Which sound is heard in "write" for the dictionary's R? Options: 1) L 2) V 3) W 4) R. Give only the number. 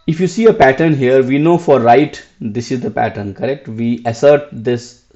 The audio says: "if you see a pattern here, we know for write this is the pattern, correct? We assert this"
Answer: 4